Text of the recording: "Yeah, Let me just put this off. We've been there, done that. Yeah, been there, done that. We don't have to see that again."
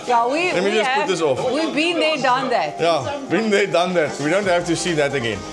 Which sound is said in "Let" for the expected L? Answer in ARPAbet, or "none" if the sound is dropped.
W